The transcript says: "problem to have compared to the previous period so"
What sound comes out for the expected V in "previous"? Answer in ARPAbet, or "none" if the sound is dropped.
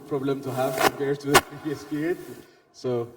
none